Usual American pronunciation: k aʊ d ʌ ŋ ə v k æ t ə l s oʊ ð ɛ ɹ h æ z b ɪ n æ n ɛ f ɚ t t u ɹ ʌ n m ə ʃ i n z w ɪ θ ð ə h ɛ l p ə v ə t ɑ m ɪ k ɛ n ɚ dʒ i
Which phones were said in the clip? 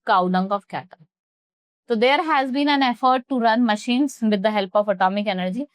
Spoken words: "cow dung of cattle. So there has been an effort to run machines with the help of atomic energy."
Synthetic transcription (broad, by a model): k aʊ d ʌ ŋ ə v k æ t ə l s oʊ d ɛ ɹ h æ z b ɪ n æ n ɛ f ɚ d t u ɹ ʌ n m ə ʃ i n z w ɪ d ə h ɛ l p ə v ə t ɑ m ɪ k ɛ n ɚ dʒ i